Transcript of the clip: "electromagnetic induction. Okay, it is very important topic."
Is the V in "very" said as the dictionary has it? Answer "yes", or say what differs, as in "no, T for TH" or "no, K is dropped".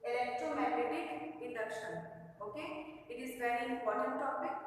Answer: no, P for V